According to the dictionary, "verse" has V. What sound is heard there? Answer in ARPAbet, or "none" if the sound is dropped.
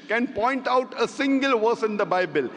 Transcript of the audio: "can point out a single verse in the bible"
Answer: V